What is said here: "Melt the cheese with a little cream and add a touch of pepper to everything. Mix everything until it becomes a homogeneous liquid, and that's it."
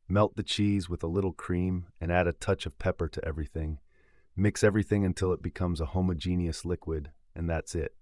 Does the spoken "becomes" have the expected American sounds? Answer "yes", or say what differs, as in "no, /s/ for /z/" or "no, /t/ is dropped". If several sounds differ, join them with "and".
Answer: yes